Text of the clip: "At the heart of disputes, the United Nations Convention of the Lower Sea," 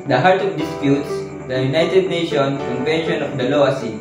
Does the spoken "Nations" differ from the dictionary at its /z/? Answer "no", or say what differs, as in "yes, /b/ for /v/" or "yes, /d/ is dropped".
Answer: yes, /z/ is dropped